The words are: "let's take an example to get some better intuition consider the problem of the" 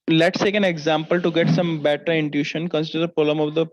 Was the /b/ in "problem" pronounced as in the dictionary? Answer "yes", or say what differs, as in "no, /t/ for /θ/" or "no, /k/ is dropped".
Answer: no, /b/ is dropped